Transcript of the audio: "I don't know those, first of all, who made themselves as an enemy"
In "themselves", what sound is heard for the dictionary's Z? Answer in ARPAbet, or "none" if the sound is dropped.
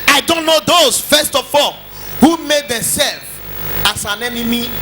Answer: none